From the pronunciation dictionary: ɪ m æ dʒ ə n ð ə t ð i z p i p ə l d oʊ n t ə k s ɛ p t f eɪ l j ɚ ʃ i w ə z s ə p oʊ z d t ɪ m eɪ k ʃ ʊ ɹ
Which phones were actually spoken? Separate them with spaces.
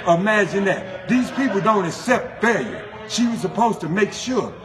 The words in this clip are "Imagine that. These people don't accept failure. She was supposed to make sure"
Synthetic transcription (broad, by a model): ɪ m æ dʒ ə n ð ə t ð i z p i p l d oʊ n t ə k s ɛ p t f eɪ l j ɚ ʃ i w ə z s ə p oʊ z t ɪ m eɪ k ʃ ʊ ɹ